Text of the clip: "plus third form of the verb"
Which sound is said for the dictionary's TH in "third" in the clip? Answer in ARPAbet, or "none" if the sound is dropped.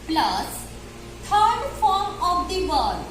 T